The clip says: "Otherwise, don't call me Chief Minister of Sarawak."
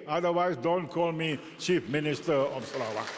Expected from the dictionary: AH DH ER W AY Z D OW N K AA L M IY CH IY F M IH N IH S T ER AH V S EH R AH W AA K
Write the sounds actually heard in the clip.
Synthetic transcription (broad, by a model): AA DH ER W AY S D OW N K AA L M IY CH IY F M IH N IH S T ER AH F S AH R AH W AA